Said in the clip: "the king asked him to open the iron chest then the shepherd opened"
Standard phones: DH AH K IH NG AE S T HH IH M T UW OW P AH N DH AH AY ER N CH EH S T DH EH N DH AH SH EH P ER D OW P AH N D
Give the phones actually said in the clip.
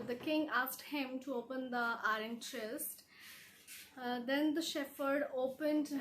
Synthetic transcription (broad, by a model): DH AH K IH NG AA S T HH IH M T UW OW P AH N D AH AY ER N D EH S T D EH N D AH SH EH F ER D OW P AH N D